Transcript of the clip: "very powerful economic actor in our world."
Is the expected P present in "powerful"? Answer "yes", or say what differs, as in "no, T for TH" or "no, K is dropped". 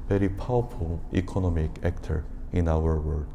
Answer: yes